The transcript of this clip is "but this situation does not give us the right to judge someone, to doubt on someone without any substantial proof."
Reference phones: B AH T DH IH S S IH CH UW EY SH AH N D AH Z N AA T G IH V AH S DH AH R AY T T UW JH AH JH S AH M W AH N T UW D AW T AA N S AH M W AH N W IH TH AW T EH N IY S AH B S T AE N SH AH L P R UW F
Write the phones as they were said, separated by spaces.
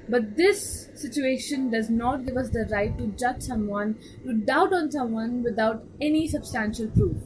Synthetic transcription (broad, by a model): B AH T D IH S S IH CH UW EY SH AH N D AH Z N AA T G IH V AH S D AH R AY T T UW JH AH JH S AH M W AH N T UW D AW T AA N S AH M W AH N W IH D AW T EH N IY S AH B S T AE N SH AH L P R UW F